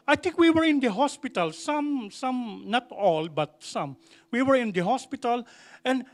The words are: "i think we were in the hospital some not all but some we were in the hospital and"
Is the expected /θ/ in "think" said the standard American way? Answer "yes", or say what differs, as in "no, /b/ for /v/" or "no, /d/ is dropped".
no, /t/ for /θ/